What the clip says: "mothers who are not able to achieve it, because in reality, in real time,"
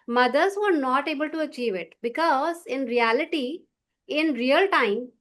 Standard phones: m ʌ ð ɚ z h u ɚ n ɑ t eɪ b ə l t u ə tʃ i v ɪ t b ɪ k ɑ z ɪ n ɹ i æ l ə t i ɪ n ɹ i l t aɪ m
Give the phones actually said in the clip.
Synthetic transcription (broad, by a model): m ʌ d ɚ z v ɚ n ɑ t eɪ b ə l t u ə tʃ i v ɪ t b ɪ k ɑ z ɪ n ɹ i æ l ə t i ɪ n ɹ i l t aɪ m